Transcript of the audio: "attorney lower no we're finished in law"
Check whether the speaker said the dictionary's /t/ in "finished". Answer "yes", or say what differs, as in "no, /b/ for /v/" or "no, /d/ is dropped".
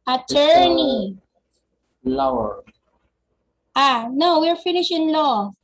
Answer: no, /t/ is dropped